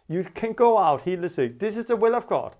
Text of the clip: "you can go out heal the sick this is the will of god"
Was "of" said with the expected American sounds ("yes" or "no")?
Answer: yes